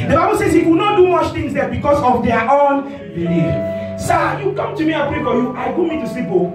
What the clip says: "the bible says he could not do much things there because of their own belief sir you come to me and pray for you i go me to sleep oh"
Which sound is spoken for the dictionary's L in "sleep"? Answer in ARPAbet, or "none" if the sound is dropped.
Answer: none